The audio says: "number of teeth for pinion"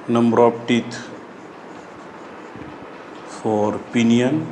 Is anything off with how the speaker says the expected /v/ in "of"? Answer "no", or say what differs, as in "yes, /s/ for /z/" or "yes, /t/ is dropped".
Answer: yes, /p/ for /v/